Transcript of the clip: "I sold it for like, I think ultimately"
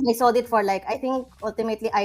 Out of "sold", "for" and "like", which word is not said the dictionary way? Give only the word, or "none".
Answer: sold